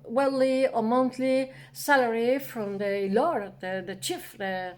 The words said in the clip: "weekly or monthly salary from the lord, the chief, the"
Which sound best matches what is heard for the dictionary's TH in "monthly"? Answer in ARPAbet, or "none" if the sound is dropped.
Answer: T